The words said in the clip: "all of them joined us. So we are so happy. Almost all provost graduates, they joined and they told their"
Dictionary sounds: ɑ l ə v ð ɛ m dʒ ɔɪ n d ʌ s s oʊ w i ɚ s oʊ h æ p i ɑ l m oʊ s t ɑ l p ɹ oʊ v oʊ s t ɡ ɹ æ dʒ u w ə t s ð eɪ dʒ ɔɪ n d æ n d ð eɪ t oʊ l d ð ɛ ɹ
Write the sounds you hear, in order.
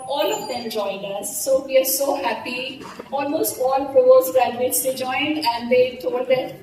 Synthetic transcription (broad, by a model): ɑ l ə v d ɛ m dʒ ɔɪ n d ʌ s s oʊ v i ɚ s oʊ h æ p i ɑ l m oʊ s t ɑ l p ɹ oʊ oʊ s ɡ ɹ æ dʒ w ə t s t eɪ dʒ ɔɪ n d æ n d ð eɪ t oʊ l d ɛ